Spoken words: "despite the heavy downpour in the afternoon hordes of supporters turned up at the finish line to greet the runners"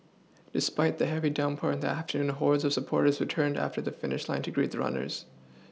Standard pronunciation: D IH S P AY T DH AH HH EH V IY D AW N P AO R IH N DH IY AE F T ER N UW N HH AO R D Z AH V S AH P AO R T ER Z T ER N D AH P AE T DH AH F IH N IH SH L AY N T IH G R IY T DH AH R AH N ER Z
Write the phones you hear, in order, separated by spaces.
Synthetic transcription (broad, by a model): D IH S P AY T DH AH HH EH V IY D AW N P AO R IH N DH IY AE F T ER N UW N HH AO R D Z AH V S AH P AO R T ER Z T ER N D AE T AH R DH AH F IH N IH SH L AY N T IH G R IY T DH AH R AH N ER Z